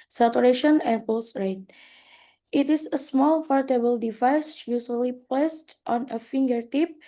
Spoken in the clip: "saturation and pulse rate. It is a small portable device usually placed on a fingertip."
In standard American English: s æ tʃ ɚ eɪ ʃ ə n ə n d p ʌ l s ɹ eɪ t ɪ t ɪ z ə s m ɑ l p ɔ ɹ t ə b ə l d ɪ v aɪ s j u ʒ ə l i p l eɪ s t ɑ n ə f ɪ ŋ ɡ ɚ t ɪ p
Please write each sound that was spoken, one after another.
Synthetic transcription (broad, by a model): s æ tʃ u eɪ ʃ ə n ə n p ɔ s ɹ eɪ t ɪ t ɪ s ə s m ɑ l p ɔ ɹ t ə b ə l d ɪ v aɪ s j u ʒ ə l i p l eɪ s t ɑ n ə f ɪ ŋ ɡ ɚ t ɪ p